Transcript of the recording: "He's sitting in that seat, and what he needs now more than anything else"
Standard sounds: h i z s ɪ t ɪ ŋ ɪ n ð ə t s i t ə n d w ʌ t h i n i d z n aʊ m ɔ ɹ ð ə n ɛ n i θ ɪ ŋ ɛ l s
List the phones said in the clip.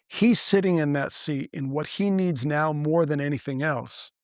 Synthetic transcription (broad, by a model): h i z s ɪ t ɪ ŋ ɪ n ð ə t s i t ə n w ʌ t h i n i d z n aʊ m ɔ ɹ ð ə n ɛ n i θ ɪ ŋ ɛ l s